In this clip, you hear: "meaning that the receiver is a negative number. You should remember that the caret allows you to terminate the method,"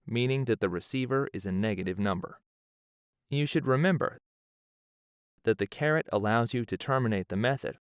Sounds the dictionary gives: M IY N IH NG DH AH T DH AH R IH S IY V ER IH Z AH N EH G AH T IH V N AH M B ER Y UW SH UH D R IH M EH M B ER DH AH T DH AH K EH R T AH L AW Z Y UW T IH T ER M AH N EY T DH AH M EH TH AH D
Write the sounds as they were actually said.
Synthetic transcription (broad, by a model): M IY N IH NG DH AH T DH AH R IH S IY V ER IH Z AH N EH G AH T IH V N AH M B ER Y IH SH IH D R IH M EH M B ER DH AH T DH AH K EH R T AH L AW Z Y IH T IH T ER M AH N EY T DH AH M EH TH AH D